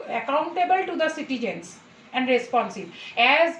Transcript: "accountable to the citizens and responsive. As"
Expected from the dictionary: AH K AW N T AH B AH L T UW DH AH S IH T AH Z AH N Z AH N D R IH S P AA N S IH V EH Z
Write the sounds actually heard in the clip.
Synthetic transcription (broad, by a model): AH K AW N T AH B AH L T UW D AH S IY T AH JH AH N S AH N D R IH S P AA N S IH B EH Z